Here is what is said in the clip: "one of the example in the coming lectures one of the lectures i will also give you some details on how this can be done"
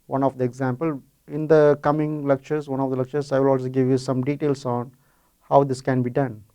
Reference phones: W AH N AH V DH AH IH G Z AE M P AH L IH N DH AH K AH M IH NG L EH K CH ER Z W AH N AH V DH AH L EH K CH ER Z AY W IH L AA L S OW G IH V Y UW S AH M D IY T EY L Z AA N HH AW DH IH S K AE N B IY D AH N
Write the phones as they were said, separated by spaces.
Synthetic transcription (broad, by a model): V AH N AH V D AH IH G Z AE M P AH L IH N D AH K AH M IH NG L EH K CH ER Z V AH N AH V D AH L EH K CH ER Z AY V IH L AA L S OW G IH V Y UW S AH M D IY T EY L S AA N HH AW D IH S K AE N B IY D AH N